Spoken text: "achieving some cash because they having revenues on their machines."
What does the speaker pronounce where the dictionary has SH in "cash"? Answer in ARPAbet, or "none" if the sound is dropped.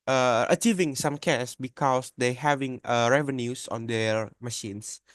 S